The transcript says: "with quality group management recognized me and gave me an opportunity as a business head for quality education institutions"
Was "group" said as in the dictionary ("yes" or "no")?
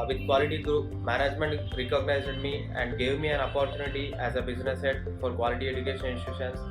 yes